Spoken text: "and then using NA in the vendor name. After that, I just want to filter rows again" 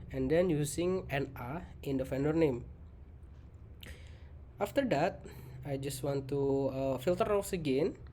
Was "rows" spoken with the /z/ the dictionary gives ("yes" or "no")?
no